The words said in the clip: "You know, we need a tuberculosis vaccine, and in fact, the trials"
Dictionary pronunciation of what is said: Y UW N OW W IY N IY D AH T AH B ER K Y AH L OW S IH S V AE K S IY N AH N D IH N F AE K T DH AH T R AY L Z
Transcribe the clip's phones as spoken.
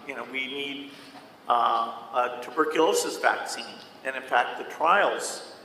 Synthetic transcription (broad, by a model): Y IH N OW W IY N IY D AH T AH B ER K Y AH L OW S IH S V AE K S IY N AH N IH N F AE K T DH AH T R AY L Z